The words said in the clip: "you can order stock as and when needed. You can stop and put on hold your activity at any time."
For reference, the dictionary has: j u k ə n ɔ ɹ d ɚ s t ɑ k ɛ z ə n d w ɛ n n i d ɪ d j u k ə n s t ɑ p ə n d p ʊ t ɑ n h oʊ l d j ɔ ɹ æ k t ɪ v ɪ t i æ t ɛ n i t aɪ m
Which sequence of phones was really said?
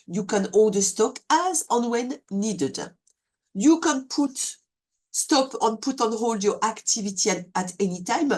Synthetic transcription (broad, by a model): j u k ə n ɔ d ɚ s t ɑ k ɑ z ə n w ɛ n n i d ɪ d j u k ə n s t ɑ p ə n p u t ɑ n h oʊ l d j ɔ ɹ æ k t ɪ v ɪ t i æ t ɛ n i t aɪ m